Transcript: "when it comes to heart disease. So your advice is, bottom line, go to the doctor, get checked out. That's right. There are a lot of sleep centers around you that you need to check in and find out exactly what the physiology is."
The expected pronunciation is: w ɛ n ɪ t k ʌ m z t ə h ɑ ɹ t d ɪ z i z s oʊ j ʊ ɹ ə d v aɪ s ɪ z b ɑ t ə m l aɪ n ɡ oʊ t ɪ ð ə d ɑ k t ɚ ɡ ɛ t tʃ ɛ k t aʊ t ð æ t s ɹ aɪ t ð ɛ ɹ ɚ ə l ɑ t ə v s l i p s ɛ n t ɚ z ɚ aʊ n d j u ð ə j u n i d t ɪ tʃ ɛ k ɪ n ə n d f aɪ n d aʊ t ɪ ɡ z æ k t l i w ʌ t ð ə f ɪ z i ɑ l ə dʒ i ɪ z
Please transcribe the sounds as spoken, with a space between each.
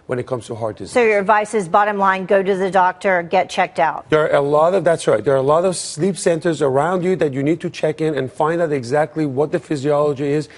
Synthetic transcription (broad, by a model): w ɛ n ɪ t k ʌ m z t ə h ɑ ɹ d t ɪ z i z s oʊ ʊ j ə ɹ v aɪ s ɪ z b ɑ t ə m l aɪ n ɡ oʊ t ɪ ð ə d ɑ k t ɚ ɡ ɛ t tʃ ɛ k t aʊ t ð æ t s ɹ aɪ t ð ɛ ɹ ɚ ə l ɑ t ə v s l i p s ɛ n t ɚ z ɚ aʊ n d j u ð ə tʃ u n i d t ɪ tʃ ɛ k ɪ n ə n f aɪ n d aʊ t ɪ ɡ z æ k t l i w ʌ t ð ə f ɪ z i ɑ l ə dʒ i ɪ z